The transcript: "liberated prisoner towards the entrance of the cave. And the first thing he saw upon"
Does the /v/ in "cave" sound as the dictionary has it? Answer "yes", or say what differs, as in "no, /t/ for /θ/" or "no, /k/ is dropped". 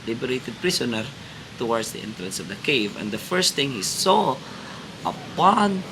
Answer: yes